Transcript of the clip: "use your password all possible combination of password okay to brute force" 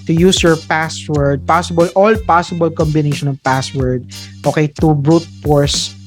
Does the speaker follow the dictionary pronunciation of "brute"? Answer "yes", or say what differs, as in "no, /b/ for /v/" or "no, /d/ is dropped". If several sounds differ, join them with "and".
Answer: yes